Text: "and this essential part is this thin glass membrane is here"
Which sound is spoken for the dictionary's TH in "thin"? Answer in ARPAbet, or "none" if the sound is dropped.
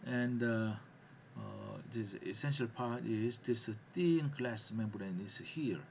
T